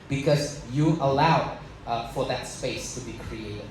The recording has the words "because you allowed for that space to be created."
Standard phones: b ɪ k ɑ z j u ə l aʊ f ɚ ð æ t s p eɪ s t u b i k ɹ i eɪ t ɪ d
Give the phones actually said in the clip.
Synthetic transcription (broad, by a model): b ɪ k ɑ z j u ə l aʊ f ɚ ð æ t s p eɪ s t u b i k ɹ i eɪ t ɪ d